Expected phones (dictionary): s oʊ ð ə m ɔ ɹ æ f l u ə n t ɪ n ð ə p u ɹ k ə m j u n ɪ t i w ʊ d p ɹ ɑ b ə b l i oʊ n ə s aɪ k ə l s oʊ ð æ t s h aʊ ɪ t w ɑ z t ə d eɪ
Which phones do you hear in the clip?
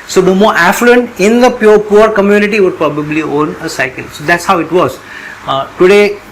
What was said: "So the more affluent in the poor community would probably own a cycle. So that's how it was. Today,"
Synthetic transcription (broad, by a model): s oʊ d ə m ɔ ɹ æ f l u ə n t ɪ n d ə p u ɹ k ə m j u n ɪ t i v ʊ d p ɹ ɑ b ə b l i oʊ n ə s aɪ k ə l s oʊ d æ t s h aʊ ɪ t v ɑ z t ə d eɪ